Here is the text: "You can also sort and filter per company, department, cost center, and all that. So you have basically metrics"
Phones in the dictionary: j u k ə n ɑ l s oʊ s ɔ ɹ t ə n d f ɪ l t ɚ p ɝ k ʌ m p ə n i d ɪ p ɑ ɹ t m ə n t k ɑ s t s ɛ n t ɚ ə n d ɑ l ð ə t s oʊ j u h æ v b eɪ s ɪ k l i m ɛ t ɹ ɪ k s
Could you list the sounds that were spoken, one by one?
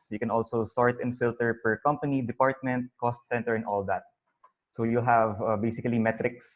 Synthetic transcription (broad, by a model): j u k ə n ɑ l s oʊ s ɔ ɹ t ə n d f ɪ l t ɚ p ɝ k ʌ m p ə n i d ɪ p ɑ ɹ t m ə n t k ɑ s t s ɛ n t ɚ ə n ɑ l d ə t s oʊ j u h æ v b eɪ s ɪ k l i m ɛ t ɹ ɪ k s